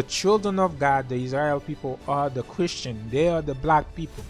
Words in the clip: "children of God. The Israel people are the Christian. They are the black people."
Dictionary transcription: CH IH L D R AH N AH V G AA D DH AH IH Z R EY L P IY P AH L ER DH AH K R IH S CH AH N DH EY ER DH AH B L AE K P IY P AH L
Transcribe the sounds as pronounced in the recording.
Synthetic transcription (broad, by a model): CH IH L D R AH N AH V G AA D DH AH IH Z R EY L P IY P AH L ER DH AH K R IH S CH AH N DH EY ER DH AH B L AE K P IY P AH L